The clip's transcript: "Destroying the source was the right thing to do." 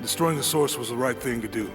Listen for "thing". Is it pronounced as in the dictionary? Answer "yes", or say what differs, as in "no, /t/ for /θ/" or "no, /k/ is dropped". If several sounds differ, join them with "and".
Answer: yes